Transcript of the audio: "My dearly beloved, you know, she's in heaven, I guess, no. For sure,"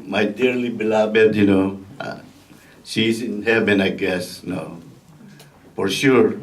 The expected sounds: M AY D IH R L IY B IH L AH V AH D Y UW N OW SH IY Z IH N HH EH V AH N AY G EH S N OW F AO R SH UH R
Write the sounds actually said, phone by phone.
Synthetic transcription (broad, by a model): M AY D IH R L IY B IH L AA B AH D Y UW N OW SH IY S IH N HH EH V AH N AY G EH S N OW F AO R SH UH R